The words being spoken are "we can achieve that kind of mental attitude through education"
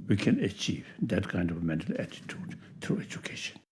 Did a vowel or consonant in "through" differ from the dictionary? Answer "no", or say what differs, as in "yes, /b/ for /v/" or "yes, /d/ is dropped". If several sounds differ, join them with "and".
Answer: yes, /t/ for /θ/